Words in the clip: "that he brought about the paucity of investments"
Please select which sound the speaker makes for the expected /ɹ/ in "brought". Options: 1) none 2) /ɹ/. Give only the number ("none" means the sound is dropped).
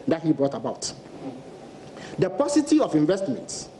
2